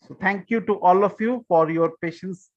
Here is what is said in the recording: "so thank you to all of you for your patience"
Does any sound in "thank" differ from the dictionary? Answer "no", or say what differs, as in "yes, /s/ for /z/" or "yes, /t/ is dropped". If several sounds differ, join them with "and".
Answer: yes, /t/ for /θ/